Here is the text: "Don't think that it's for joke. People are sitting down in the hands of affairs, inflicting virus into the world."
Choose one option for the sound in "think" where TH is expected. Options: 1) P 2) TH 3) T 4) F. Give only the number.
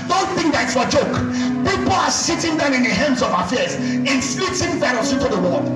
2